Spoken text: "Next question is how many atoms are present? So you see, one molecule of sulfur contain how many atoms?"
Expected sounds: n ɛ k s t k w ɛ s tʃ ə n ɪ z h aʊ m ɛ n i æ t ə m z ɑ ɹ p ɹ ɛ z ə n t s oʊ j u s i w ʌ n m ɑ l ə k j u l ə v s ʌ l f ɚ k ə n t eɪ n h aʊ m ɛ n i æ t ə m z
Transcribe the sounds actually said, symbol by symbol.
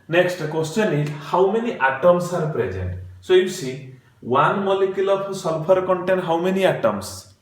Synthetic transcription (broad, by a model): n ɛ k s t k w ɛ s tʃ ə n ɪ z h aʊ m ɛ n i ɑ t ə m s ɑ ɹ p ɹ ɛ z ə n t s oʊ j u s i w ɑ n m ɑ l ə k j u l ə p s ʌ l p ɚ k ə n t eɪ n h aʊ m ɛ n i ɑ t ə m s